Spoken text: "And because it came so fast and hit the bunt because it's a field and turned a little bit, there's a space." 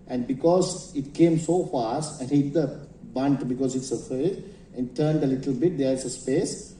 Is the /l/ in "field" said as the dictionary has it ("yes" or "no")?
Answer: no